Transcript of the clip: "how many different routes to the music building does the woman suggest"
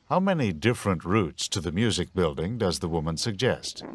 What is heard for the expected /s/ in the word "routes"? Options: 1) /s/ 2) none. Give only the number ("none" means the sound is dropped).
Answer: 1